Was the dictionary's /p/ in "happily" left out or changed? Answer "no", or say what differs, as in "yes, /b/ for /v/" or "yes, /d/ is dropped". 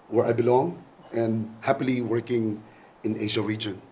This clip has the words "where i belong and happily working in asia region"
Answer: no